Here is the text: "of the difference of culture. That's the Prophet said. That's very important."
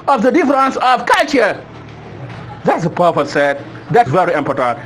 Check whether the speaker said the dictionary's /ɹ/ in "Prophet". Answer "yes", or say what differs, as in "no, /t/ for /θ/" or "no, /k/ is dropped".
no, /ɹ/ is dropped